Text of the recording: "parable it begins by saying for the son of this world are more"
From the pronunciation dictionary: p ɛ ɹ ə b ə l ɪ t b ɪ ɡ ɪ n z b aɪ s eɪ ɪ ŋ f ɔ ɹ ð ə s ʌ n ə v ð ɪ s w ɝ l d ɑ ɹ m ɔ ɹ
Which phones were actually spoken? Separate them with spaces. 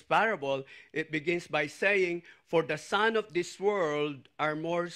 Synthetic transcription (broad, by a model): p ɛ ɹ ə b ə l ɪ t b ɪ ɡ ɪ n s b aɪ s eɪ ɪ ŋ f ɔ ɹ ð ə s ʌ n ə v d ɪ s w ɝ l d ɑ ɹ m ɔ ɹ